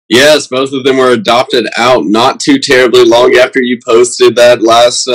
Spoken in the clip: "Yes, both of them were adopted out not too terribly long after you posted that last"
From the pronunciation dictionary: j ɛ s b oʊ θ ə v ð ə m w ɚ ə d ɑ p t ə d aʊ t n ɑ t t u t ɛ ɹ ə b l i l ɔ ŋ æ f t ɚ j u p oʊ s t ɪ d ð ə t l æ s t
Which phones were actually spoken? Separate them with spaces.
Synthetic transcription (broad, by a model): j ɛ s b oʊ θ ə v ð ə m w ɚ ə d ɑ p t ə d aʊ t n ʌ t t u t ɛ ɹ ə b l i l ɔ ŋ æ f t ɚ j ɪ p oʊ s t ɪ d ð ə t l æ s t